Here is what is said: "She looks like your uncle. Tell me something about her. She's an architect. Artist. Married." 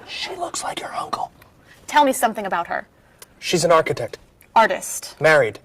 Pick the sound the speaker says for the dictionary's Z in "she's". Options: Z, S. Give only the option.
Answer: Z